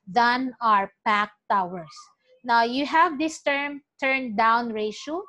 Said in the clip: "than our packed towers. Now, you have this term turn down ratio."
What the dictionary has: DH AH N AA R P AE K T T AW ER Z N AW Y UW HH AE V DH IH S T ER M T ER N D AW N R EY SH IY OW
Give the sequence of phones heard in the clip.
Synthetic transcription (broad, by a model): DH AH N AA R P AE K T T AW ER S N AW Y UW HH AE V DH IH S T ER M T ER N D AW N R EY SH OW